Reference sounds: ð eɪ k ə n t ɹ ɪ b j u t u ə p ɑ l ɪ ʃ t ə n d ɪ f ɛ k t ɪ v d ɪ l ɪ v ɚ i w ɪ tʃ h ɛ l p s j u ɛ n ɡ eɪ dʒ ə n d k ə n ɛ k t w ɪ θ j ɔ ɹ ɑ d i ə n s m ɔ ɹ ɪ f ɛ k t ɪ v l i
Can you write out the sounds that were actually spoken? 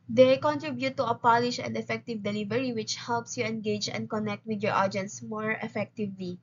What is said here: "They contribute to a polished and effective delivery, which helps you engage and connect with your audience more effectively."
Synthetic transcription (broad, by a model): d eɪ k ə n t ɹ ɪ b j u t u ə p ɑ l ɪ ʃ ə n d ɪ f ɛ k t ɪ v d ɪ l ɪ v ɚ i w ɪ tʃ h ɛ l p s j u ɛ n ɡ eɪ dʒ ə n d k ə n ɛ k t w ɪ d j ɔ ɹ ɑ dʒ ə n s m ɔ ɹ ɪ f ɛ k t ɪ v l i